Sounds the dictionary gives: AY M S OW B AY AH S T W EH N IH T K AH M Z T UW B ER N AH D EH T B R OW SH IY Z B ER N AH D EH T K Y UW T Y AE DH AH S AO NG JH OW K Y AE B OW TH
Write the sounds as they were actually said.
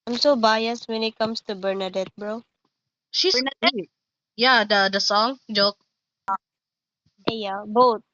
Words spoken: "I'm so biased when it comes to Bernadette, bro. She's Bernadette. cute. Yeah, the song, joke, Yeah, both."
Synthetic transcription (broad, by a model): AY M S OW B AY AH S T W EH N IH T K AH M S T UW B ER N AH D EH T B R OW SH IY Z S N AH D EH Y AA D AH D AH S AO NG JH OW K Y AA B OW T